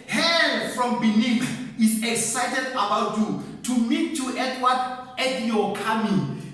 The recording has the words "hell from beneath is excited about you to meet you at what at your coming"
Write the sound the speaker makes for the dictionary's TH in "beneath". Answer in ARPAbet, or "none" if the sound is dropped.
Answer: F